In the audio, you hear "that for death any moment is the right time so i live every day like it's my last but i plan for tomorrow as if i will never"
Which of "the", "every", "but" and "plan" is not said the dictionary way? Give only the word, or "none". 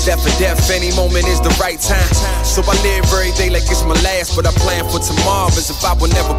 every